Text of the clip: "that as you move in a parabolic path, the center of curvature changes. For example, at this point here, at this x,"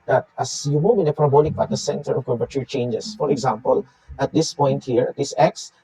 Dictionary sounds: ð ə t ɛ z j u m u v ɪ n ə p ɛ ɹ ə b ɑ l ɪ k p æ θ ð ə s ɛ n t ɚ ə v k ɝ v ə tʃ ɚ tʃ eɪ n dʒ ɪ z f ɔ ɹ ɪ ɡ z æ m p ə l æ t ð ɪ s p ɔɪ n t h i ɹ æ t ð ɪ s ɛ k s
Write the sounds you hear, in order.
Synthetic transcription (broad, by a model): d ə t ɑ s j u m u v ɪ n ə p ɹ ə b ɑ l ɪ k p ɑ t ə s ɛ n t ɚ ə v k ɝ p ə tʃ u tʃ eɪ n dʒ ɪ s f ɔ ɹ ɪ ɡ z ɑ m p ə l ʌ t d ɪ s p ɔɪ n t h i ɹ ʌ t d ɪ s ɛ k s